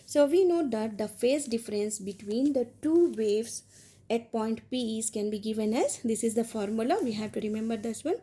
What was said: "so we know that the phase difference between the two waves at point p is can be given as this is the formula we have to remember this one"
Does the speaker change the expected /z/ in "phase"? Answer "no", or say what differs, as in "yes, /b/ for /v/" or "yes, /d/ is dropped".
yes, /s/ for /z/